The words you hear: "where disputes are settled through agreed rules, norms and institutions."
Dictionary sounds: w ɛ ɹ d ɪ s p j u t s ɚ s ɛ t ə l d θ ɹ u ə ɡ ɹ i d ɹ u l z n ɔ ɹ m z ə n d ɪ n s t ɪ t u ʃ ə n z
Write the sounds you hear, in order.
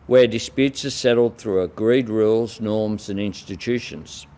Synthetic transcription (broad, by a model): w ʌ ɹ d ɪ s p j u t s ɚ s ɛ t l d θ ɹ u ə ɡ ɹ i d ɹ u l z n ɔ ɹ m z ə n ɪ n s t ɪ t u ʃ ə n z